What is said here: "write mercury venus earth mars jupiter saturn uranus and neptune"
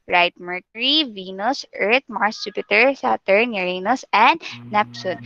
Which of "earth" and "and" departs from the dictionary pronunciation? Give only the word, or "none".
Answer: earth